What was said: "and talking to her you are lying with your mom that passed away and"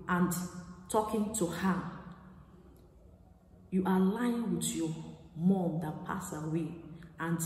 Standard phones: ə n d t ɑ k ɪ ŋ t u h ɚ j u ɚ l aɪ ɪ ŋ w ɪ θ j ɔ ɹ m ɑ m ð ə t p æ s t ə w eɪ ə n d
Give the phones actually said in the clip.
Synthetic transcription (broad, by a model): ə n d t ɑ k ɪ ŋ t u h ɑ j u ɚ l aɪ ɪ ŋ w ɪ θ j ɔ m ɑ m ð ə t p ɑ s ə w eɪ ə n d